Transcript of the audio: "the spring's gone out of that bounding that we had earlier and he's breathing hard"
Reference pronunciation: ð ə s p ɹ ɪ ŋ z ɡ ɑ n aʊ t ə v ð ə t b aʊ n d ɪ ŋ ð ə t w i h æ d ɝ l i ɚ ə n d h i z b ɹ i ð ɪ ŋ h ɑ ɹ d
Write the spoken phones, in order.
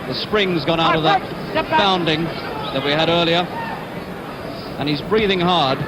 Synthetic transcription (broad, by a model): ð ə s p ɹ ɪ ŋ z ɡ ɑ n aʊ t ə v ð ə t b aʊ n d ɪ ŋ ð ə t w i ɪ d ɝ l i ɚ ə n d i z b ɹ i ð ɪ ŋ h ɑ ɹ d